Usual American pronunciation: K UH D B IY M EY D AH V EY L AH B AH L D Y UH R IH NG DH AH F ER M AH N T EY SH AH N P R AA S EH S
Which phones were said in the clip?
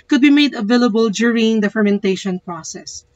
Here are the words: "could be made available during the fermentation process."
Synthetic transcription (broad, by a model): K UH D B IY M EY D AH V EY L AH B AH L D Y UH R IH NG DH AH F ER M AH N T EY SH AH N P R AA S EH S